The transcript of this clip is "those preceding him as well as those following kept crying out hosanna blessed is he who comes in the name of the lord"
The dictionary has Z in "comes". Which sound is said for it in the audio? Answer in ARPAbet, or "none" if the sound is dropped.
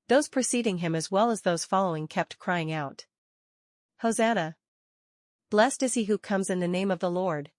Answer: Z